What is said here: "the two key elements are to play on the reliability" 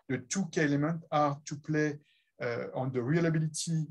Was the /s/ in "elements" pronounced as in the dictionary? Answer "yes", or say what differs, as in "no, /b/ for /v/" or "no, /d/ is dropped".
no, /s/ is dropped